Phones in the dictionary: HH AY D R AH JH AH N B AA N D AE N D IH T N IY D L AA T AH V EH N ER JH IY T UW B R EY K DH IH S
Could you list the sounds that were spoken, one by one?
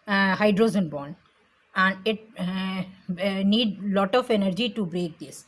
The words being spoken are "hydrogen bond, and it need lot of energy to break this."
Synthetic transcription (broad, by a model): HH AY D R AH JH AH N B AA N AE N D IH T N IY D L AA T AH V EH N ER JH IY T UW B R EY K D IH S